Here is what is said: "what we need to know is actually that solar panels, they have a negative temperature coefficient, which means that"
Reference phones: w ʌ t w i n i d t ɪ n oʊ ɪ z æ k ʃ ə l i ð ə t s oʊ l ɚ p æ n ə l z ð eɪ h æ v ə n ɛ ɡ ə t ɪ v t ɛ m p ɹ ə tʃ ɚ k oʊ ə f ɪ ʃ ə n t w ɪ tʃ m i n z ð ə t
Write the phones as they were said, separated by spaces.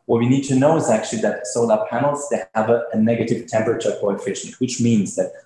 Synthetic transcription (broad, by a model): w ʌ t w i n i d t ɪ n oʊ ɪ z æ k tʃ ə l i ð ə t s oʊ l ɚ p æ n l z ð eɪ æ v ə n ɛ ɡ ə t ɪ v t ɛ m p ɹ ə tʃ ɚ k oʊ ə f ɪ ʃ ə n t w ɪ tʃ m i n z ð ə t